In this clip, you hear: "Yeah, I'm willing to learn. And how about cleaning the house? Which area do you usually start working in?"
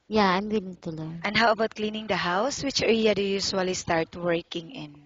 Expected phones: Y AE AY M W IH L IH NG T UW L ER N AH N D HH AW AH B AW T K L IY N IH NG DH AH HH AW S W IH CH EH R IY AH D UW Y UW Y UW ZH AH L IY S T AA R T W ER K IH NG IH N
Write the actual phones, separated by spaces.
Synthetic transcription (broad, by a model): Y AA AY M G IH N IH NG T UW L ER AH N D HH AW AH B AW T K L IY N IH NG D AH HH AW S W IH CH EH L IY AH D UW Y UW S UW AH L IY S T AA R T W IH K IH NG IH N